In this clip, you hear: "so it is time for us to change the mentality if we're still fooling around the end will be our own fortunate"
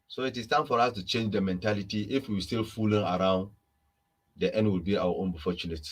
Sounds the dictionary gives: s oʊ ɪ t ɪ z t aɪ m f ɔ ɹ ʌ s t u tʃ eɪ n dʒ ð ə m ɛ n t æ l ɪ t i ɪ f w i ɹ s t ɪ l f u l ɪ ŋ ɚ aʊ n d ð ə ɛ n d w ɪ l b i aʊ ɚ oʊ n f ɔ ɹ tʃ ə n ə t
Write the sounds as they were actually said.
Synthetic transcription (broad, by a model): s oʊ ɪ t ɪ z t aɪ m f ɔ ɹ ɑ s t u tʃ eɪ n dʒ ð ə m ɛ n t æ l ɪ t i ɪ f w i w s t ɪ l f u l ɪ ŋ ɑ aʊ n d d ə ɛ n d w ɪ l b i aʊ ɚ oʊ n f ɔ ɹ tʃ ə n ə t